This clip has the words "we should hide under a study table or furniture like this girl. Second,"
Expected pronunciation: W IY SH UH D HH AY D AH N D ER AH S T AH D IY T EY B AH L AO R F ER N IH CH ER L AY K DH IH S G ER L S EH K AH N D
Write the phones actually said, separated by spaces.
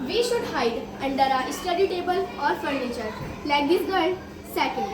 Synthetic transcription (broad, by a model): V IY SH UH D HH AY D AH N D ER AH S T AH D IY T EY B AH L AO R F ER N IH CH ER L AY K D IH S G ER N S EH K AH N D